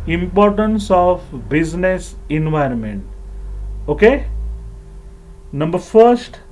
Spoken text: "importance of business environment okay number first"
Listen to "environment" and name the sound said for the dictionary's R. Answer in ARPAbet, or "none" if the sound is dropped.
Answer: R